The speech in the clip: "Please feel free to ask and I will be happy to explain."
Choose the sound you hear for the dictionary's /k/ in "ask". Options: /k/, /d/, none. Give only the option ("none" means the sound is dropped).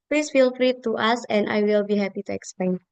none